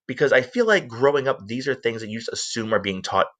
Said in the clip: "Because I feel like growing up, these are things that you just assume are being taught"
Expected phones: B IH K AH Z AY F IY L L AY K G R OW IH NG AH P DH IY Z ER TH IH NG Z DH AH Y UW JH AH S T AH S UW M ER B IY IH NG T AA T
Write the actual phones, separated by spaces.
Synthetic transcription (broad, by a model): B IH K AH Z AY F IY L L AY K G R OW IH NG AH P DH IY Z ER TH IH NG Z DH AH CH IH JH AH S T AH S UW M ER B IY IH NG T AA T